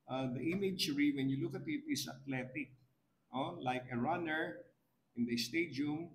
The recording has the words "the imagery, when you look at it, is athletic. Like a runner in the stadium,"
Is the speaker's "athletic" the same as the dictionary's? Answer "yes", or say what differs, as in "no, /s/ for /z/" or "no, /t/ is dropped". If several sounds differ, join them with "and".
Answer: no, /t/ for /θ/